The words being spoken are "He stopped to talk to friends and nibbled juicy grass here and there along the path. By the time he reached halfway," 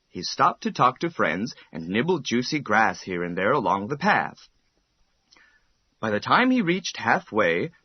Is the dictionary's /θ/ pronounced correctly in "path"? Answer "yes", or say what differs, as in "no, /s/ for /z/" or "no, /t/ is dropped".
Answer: yes